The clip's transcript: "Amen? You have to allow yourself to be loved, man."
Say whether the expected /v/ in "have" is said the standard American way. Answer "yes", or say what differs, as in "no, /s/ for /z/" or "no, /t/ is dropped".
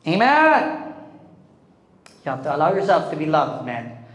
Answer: no, /f/ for /v/